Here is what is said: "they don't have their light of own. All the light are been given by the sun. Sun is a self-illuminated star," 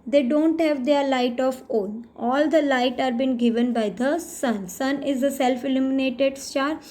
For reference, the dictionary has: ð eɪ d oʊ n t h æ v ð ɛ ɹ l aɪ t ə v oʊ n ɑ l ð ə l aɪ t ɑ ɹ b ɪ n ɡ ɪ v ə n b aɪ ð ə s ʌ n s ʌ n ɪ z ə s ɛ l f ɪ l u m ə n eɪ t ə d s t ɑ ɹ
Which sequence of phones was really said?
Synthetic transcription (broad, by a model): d eɪ d oʊ n t h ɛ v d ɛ ɹ l aɪ t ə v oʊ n ɑ l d ə l aɪ t ɑ ɹ b ɪ n ɡ ɪ v ə n b aɪ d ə s ʌ n s ʌ n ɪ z ə s ɛ l f ɪ l u m ə n eɪ t ə d s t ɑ ɹ